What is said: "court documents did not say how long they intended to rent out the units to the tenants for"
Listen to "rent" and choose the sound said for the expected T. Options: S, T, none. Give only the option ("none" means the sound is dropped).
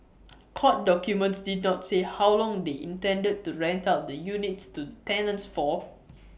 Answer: T